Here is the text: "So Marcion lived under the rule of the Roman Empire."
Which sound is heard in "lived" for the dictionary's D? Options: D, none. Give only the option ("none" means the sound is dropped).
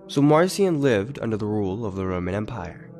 D